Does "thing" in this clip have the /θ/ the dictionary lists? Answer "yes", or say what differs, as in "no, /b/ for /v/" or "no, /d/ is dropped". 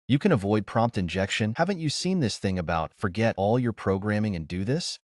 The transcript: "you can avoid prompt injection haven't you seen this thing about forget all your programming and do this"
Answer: yes